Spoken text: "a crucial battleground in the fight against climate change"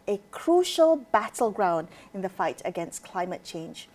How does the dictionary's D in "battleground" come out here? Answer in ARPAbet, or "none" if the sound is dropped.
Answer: D